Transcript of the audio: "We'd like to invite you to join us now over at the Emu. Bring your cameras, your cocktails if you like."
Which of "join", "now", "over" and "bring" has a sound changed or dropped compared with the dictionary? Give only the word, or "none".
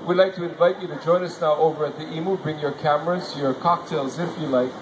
none